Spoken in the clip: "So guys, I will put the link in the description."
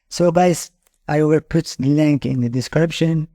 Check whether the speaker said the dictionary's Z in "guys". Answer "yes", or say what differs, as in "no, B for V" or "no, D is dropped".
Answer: no, S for Z